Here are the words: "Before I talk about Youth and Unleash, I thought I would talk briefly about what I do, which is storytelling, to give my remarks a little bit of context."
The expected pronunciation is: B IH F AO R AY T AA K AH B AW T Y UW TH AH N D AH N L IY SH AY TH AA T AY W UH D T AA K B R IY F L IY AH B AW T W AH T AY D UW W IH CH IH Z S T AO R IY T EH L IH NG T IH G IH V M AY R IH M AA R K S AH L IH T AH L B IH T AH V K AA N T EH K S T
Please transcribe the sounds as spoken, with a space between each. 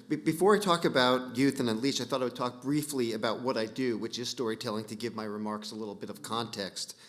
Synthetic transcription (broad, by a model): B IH F AO R AY T AA K AH B AW T Y UW TH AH N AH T L IY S AY TH AA T AY W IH D T AA K B R IY F L IY AH B AW T W AH T AY D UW W IH CH IH Z S T AO R IY T EH L IH NG T IH G IH V M AY R IH M AA R K S AH L IH T L B IH T AH V K AA N T EH K S T